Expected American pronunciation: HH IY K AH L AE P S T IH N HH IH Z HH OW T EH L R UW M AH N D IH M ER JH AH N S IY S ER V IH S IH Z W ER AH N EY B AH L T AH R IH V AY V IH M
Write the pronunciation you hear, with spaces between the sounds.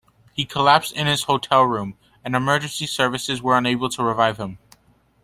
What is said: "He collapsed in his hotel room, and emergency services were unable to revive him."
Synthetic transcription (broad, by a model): HH IY K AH L AE P S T IH N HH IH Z HH OW T EH L R UW M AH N IH M ER JH AH N S IY S ER V IH S IH Z W ER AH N EY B L T AH R IH V AY V IH M